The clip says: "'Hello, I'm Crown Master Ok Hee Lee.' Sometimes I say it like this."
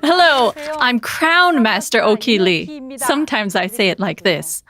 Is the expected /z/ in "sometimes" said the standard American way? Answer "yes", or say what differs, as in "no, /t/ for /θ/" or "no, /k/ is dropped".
yes